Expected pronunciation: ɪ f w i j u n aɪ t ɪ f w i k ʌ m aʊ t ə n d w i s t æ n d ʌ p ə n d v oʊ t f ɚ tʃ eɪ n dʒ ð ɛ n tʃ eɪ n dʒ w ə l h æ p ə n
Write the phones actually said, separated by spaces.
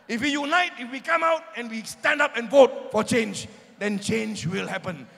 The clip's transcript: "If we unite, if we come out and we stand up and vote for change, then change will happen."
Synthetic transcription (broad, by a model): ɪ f w i j u n aɪ t ɪ f w i k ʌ m aʊ t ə n w i s t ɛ n d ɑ p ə n v oʊ t f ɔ tʃ eɪ n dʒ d ɛ n tʃ eɪ n dʒ w ə l h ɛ p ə n